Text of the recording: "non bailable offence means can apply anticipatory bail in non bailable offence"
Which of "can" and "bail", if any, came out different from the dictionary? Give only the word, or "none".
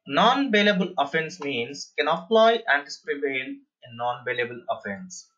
bail